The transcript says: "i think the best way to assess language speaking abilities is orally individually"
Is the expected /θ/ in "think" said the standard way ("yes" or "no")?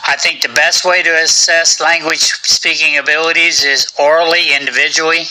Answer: yes